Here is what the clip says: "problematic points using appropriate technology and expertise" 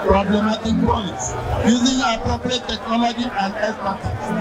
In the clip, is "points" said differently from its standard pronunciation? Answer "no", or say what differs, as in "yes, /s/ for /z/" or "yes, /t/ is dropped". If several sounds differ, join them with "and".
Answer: no